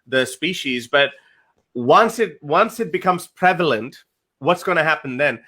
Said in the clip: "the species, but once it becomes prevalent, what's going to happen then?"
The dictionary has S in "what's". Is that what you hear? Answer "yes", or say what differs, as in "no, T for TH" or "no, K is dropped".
yes